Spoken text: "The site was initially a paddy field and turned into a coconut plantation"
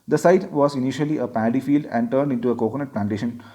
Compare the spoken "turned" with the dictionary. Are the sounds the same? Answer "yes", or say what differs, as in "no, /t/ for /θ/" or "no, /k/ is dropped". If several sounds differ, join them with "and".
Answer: yes